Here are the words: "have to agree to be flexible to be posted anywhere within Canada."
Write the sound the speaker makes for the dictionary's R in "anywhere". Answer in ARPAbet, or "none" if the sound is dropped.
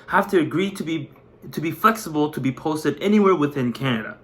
R